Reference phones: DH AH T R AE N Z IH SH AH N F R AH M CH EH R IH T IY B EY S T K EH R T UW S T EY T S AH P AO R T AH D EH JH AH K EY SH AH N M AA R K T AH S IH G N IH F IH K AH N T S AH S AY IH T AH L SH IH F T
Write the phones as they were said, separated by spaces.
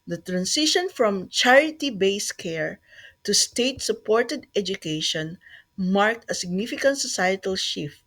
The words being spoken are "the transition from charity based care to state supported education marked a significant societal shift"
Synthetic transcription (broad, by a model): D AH T R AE N S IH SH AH N F R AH M CH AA R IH T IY B EY S K EH R T UW S T EY T S AH P AO R T AH D EH JH AH K EY SH AH N M AA R K T AH S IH G N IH F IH K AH N T S AH S AY IH T AH L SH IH F T